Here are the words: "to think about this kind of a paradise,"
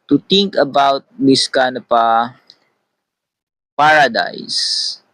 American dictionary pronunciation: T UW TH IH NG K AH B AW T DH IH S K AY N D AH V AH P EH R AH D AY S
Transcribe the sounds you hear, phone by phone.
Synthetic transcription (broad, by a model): T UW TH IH NG K AH B AW T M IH S K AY N AH P AH P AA R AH D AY S